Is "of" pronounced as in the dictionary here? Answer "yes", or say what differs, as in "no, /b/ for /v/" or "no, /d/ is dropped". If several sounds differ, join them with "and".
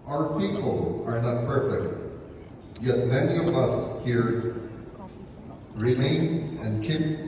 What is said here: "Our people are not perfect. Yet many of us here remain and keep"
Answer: yes